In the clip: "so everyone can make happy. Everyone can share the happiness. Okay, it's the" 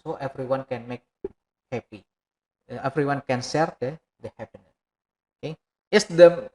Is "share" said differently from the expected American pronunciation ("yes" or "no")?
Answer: yes